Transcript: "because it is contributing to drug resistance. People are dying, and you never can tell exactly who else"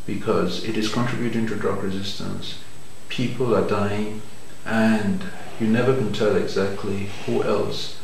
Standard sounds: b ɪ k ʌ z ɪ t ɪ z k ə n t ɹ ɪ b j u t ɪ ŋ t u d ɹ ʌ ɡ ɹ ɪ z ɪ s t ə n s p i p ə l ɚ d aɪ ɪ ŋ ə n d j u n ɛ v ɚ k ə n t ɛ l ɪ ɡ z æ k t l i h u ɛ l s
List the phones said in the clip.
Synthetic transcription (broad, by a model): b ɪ k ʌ z ɪ t ɪ z k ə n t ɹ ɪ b j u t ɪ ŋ t u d ɹ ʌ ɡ ɹ ɪ z ɪ s t ə n s p i p ə l ɚ d aɪ ɪ ŋ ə n j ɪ n ɛ v ɚ k ə n t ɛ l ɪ ɡ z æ k t l i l ɛ l s